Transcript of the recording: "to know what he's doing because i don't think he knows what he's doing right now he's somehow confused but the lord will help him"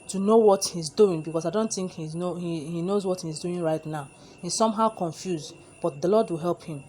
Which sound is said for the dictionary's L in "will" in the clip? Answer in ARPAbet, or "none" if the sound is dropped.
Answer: L